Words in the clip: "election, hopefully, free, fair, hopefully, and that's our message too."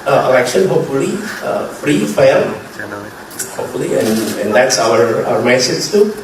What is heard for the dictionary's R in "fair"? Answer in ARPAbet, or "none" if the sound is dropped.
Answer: L